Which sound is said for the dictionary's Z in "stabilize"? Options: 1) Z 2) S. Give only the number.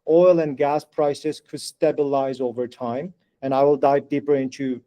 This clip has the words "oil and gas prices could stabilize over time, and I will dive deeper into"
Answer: 1